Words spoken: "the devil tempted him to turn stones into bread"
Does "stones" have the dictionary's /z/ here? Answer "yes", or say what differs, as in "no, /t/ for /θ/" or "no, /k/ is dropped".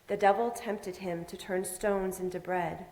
yes